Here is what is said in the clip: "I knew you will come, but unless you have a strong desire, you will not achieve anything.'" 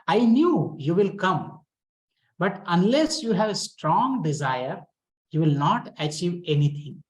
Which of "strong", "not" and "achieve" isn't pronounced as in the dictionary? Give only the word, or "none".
none